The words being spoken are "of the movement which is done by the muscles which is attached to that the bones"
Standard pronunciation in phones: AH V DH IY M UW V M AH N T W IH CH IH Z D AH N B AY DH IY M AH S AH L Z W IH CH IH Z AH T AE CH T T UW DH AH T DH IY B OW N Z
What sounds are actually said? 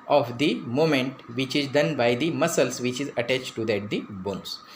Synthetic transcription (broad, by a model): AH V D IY M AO M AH N T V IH CH IH Z D AH N B AY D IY M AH S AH L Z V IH CH IH Z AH T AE CH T T UW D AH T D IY B OW N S